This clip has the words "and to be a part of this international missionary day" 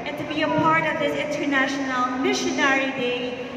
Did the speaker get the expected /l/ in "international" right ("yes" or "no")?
yes